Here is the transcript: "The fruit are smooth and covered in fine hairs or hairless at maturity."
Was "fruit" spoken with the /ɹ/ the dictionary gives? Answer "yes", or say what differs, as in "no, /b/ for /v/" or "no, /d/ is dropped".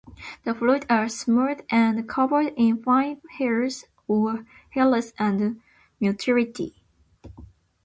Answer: no, /l/ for /ɹ/